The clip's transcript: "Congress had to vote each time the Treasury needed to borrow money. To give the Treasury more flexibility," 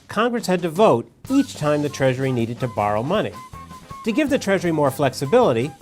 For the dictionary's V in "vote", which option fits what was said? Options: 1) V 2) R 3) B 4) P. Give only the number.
1